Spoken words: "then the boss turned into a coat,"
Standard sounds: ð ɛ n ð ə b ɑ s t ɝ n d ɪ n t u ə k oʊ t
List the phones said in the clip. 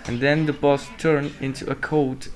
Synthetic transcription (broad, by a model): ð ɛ n ð ə b ɑ s t ɝ n ɪ n t u ə k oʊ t